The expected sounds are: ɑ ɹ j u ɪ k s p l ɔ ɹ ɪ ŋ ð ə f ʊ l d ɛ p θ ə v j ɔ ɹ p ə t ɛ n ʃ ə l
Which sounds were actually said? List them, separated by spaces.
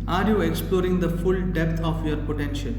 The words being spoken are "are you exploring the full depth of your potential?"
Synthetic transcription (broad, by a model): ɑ ɹ j u ɪ k s p l ɔ ɹ ɪ ŋ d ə f ʊ l d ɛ p t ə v j ɔ ɹ p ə t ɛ n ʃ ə l